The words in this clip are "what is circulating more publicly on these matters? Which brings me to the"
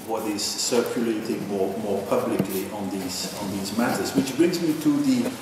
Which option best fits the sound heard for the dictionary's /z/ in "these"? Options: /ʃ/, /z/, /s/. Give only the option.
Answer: /z/